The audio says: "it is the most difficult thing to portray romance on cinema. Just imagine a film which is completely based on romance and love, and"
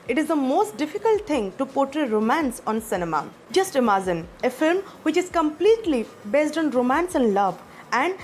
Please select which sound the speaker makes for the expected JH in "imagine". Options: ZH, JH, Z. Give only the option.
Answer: Z